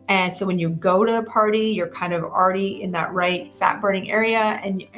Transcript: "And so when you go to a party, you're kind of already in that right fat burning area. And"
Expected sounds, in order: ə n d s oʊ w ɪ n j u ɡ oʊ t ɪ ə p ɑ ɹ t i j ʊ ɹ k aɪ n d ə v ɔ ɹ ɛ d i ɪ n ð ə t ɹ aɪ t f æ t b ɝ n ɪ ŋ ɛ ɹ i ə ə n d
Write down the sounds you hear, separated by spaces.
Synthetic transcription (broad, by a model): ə n s oʊ w ɪ n j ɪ ɡ oʊ t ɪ ə p ɑ ɹ t i j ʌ ɹ k aɪ n d ə v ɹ ɛ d i ɪ n ð ə t ɹ aɪ t f æ t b ɝ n ɪ ŋ ɛ ɹ i ə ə n